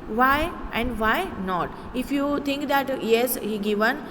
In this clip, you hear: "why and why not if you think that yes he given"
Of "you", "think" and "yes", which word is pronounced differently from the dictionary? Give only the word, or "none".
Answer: think